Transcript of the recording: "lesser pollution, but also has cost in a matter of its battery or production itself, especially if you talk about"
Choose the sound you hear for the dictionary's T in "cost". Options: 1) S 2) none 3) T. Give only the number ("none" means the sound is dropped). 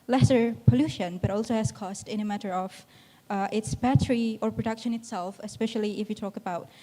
3